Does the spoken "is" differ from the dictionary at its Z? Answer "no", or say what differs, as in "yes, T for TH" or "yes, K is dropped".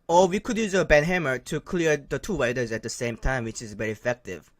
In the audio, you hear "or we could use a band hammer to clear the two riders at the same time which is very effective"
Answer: no